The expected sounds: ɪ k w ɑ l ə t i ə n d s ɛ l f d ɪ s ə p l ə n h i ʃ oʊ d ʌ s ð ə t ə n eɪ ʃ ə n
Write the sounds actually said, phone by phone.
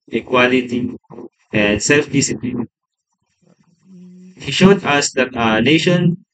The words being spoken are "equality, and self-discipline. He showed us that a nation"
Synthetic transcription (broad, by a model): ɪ k w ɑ l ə t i ə n d s ɛ l f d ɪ s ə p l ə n h i ʃ oʊ d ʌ s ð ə t ə n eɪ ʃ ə n